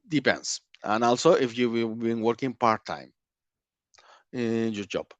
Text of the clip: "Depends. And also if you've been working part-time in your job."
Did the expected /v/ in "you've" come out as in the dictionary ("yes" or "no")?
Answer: no